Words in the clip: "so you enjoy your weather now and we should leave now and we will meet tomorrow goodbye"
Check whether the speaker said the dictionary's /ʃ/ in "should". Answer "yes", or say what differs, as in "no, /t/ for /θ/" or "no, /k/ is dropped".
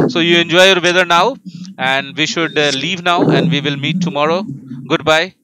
yes